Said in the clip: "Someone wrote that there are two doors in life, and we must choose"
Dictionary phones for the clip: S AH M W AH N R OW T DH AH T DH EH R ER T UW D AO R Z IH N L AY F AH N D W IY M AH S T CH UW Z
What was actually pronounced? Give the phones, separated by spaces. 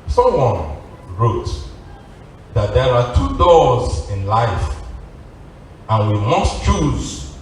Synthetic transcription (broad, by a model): S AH M W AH N R OW T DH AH T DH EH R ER T UW D AO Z IH N L AY F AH N W IY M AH S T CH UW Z